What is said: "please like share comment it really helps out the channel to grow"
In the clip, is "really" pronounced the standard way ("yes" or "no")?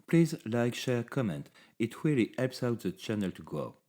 no